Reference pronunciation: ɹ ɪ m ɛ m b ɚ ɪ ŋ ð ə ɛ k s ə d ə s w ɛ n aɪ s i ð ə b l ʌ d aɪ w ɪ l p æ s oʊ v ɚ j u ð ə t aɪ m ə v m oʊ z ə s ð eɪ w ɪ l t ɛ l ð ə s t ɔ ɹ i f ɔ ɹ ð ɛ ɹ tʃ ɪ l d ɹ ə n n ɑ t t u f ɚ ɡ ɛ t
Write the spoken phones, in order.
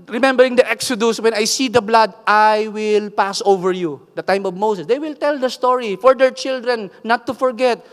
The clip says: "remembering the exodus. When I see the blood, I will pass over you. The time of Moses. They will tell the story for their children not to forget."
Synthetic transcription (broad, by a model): ɹ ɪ m ɛ m b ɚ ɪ ŋ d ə ɛ k s ə d ə s w ɛ n aɪ s i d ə b l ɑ d aɪ w ɪ l p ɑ s oʊ v ɚ j u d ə t aɪ m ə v m oʊ s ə s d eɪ w ɪ l t ɛ l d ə s t ɔ ɹ i f ɔ ɹ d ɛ ɹ tʃ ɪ l d ɹ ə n n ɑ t t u f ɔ ɡ ɛ t